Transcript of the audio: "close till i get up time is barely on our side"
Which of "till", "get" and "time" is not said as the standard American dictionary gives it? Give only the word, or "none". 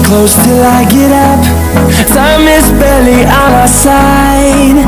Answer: time